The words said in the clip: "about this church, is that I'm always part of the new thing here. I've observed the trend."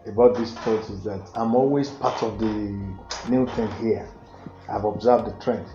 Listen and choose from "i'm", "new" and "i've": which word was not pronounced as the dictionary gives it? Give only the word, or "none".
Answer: none